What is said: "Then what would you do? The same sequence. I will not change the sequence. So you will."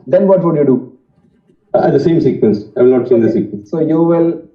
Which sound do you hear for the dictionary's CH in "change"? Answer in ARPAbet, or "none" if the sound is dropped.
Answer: S